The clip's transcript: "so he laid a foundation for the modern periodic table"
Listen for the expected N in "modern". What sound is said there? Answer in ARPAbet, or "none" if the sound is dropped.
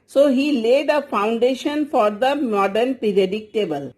N